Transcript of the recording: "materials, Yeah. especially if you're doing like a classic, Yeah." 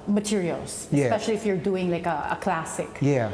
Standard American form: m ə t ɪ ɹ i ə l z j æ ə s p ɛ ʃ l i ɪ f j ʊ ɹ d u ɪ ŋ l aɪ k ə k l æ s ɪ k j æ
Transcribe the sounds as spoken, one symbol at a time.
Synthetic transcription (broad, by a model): m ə t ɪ ɹ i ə l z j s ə p ɛ ʃ l i ɪ f j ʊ ɹ d u ɪ ŋ l aɪ k ə k l æ s ɪ k j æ